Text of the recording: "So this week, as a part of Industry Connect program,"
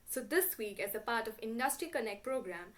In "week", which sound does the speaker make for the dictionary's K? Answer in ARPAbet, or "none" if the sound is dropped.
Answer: K